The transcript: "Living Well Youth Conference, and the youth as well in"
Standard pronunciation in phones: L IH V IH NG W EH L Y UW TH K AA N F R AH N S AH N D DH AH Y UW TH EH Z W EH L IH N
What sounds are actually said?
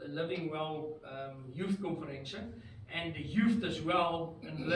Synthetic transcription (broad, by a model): L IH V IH NG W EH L Y UW TH K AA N F R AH N SH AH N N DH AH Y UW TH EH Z W EH L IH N